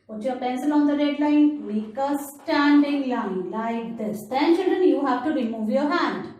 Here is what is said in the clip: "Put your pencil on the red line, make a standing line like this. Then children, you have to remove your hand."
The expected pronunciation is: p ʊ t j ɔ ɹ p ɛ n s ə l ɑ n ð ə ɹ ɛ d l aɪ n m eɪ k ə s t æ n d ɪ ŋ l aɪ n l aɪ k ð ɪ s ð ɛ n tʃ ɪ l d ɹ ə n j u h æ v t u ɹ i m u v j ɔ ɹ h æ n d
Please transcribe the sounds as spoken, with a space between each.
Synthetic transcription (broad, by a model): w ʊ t j ɔ ɹ p ɛ n s ə l ɑ n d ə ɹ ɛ d l aɪ n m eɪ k ə s t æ n d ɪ ŋ l aɪ n l aɪ k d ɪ s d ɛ n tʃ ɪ d ə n j u h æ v t u ɹ i m u v j ɔ ɹ h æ n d